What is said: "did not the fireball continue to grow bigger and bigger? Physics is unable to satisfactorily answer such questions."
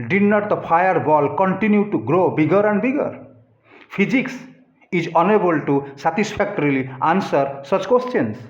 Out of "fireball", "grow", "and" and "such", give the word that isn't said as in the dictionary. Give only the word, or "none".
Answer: fireball